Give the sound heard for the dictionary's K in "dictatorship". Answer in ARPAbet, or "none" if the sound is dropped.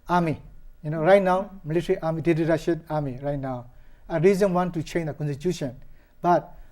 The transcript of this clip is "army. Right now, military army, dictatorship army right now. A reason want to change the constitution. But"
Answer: none